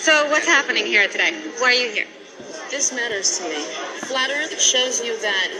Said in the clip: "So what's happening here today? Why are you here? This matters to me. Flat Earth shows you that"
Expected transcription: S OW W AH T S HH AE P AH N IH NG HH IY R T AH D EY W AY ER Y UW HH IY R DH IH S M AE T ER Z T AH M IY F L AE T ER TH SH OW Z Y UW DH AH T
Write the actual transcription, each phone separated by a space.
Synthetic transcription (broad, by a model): S OW W AH T S HH AE P AH N IH NG HH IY R T AH D EY W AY ER Y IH HH IY R DH IH S M AE T ER Z T AH M IY F L AE T ER SH OW Z Y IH DH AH T